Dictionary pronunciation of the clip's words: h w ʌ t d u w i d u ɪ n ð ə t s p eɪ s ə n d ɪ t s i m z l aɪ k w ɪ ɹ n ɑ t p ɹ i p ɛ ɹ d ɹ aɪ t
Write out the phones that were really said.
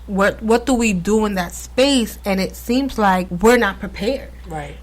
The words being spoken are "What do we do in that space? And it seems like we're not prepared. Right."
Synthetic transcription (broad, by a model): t w ʌ t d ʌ w i d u ɪ n ð ə t s p eɪ s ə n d ɪ t s i m z l aɪ k w ɪ ɹ n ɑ t p ɹ i p ɛ ɹ d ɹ aɪ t